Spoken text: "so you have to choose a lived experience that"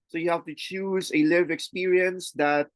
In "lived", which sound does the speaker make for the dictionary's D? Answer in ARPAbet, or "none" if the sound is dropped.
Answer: none